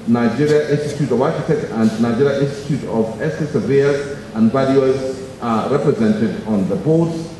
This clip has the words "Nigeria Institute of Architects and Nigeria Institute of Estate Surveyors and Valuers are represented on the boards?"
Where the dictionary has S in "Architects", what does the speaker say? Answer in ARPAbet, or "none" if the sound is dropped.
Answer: none